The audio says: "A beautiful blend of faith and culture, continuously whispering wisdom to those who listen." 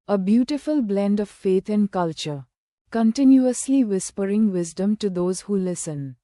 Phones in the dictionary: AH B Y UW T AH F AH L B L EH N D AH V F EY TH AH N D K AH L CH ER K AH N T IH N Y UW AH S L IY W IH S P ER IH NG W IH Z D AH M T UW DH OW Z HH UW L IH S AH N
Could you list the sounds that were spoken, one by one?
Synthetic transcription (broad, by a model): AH B Y UW T AH F AH L B L EH N D AH V F EY T AH N D K AH L CH ER K AH N T IH N Y UW AH S L IY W IH S P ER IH NG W IH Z D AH M T UW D OW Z HH UW L IH S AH N